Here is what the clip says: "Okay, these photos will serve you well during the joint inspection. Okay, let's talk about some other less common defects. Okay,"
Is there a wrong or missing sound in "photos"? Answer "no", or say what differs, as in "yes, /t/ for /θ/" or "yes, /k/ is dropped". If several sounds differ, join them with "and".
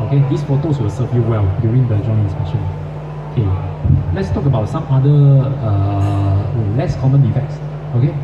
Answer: yes, /s/ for /z/